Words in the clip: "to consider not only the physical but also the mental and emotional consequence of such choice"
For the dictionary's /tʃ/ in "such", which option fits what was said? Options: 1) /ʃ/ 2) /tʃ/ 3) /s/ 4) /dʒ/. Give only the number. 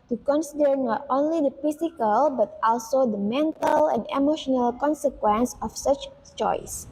2